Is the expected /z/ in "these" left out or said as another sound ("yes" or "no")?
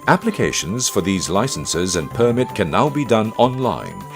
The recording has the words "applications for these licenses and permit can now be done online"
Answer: no